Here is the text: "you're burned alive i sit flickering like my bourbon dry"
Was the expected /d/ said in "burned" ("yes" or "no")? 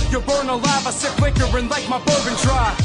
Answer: no